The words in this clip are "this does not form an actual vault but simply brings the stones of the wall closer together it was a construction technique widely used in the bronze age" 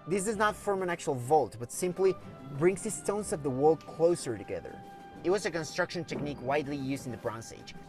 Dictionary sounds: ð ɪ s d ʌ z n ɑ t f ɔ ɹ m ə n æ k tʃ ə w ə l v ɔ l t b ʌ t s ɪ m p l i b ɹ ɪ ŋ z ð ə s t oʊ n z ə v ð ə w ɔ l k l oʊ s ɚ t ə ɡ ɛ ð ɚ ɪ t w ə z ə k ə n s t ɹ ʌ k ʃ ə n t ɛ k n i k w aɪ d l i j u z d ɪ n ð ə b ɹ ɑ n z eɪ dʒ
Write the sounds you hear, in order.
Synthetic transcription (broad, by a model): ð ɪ s d ʌ z n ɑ t f ɔ ɹ m ə n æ k tʃ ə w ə l v ɔ l t b ʌ t s ɪ m p l i b ɹ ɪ ŋ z ð ə s t oʊ n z ə v ð ə w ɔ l k l oʊ s ɚ t ə ɡ ɛ ð ɚ ɪ t w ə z ə k ə n s t ɹ ʌ k ʃ ə n t ɛ k n i k w aɪ d l i j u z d ɪ n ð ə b ɹ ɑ n s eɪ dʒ